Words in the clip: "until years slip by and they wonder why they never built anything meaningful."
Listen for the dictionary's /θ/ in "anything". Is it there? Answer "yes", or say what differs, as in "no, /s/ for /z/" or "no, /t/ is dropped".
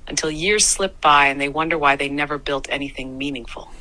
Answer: yes